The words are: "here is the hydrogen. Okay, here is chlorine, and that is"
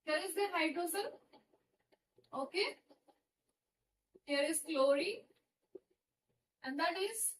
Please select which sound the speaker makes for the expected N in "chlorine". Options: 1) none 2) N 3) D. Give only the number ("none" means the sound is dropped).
1